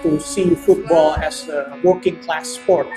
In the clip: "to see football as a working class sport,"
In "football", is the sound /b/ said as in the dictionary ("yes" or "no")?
yes